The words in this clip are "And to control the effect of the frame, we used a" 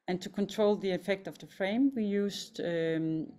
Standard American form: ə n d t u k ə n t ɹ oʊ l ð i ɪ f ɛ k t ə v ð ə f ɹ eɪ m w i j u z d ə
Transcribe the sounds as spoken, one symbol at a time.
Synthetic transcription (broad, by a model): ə n t u k ə n t ɹ oʊ l ð i ɪ f ɛ k t ə v ð ə f ɹ eɪ m w i j u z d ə